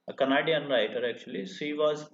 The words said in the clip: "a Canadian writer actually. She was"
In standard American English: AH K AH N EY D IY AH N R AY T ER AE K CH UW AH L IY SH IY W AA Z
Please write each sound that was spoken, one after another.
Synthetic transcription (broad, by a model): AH K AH N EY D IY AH N R AY T ER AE K CH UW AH L IY S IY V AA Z